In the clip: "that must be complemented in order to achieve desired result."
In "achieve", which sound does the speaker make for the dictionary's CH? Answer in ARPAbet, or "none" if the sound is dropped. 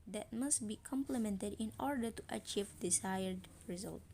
CH